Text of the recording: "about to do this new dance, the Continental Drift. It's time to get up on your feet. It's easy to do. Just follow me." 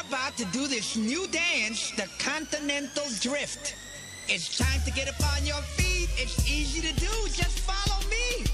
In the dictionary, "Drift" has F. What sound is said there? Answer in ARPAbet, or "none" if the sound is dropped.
F